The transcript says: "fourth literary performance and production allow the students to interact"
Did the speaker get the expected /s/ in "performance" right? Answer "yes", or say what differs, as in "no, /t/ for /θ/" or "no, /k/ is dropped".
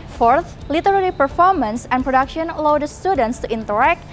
yes